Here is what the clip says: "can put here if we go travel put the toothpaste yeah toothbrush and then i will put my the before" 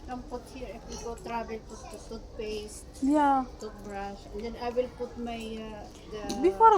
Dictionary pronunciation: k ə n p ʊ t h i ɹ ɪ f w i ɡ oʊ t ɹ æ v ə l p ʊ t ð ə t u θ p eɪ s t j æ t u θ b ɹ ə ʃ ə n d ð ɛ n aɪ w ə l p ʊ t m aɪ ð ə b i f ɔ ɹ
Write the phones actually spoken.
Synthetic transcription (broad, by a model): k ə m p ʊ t h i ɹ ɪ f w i ɡ oʊ t ɹ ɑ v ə l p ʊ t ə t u t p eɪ s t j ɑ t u t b ɹ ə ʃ ə n d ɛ n aɪ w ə l p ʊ t m aɪ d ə b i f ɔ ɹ